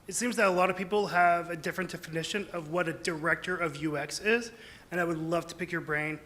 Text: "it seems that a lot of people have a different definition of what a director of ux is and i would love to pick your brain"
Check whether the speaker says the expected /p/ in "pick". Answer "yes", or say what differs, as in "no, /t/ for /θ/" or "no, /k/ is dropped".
yes